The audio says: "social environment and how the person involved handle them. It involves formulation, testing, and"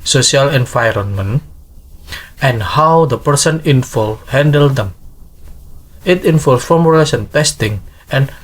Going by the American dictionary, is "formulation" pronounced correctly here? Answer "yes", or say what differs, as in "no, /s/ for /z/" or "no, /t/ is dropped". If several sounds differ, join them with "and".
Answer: no, /s/ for /ʃ/